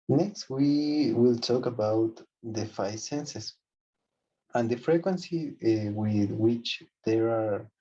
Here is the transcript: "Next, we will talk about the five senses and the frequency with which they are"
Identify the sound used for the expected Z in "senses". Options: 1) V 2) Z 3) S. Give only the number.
3